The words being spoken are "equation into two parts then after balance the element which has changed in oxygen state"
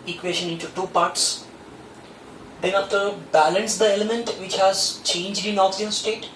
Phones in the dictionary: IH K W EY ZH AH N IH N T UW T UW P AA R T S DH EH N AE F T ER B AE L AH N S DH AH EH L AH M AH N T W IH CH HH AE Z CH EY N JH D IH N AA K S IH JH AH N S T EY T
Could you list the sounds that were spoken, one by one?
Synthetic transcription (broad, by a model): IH K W EY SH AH N IH N T UW T UW P AA R T S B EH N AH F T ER B AE L AH N S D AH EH L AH M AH N T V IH CH HH AE Z CH EY N JH D IH N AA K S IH AH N S T EY T